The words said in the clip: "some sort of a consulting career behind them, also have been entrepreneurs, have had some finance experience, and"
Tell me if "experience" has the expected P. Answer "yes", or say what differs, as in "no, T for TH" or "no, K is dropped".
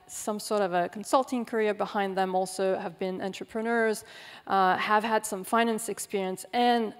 yes